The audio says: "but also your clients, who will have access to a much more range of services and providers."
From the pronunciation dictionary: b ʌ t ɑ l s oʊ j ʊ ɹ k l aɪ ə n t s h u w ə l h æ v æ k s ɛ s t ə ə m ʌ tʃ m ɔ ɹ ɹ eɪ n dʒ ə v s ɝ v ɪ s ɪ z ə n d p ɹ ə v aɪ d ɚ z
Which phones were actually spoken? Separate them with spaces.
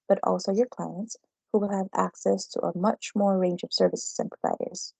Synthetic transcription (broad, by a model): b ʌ t ɑ l s oʊ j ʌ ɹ k l aɪ ə n t s h u w ə l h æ v æ k s ɛ s t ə ə m ʌ tʃ m ɔ ɹ ɹ eɪ n dʒ ə v s ɝ v ɪ s ɪ z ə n p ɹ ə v aɪ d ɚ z